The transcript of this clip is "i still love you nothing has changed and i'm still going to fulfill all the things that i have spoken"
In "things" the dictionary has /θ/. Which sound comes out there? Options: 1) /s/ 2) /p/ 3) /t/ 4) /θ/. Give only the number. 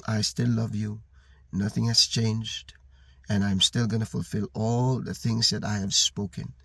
4